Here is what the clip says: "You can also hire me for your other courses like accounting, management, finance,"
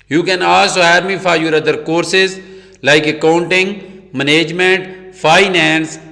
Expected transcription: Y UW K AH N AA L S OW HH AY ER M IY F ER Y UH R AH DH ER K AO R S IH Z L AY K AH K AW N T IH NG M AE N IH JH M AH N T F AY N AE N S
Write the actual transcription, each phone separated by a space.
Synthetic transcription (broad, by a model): Y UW K AH N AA S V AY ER M IY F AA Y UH R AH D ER K AO R S IH Z L AY K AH K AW N T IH NG M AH N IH JH M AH N T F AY N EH N S